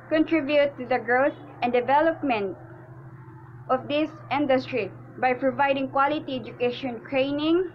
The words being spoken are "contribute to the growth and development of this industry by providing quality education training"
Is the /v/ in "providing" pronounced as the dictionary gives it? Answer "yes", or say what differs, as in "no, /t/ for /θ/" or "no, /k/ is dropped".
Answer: yes